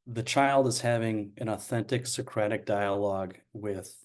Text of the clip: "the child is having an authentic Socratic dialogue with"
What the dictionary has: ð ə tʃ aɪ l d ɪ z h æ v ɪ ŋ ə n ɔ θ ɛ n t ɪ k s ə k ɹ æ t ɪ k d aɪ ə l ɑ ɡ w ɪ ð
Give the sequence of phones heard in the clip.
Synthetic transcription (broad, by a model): ð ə tʃ aɪ l d ɪ z h æ v ɪ ŋ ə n ɔ θ ɛ n t ɪ k s ə k ɹ æ t ɪ k d aɪ ə l ɑ ɡ w ɪ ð